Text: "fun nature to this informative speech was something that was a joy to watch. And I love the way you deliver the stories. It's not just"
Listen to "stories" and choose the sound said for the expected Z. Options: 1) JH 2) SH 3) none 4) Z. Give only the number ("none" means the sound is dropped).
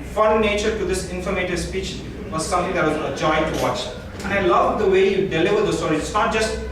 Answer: 3